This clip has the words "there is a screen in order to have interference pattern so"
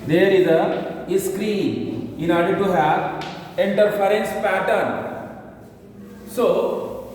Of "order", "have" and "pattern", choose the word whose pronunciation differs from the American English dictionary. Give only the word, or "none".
none